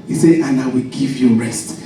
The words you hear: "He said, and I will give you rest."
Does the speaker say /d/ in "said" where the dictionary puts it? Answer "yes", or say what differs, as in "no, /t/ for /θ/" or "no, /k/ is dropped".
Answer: no, /d/ is dropped